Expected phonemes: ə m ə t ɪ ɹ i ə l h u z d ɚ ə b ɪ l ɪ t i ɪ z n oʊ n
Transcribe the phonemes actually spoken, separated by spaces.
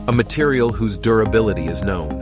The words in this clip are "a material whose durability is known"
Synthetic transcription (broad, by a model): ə m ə t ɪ ɹ i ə l h u z d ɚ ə b ɪ l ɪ t i ɪ z n oʊ n